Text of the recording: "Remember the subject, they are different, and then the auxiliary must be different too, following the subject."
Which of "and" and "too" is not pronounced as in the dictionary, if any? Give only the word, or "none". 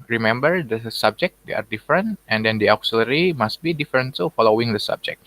too